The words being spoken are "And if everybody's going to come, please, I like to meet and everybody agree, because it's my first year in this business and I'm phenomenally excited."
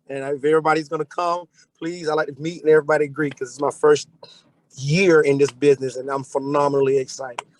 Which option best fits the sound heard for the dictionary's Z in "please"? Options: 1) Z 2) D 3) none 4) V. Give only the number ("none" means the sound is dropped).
1